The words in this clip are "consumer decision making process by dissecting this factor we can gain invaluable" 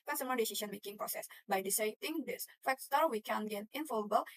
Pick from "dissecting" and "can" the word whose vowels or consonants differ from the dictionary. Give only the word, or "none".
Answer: dissecting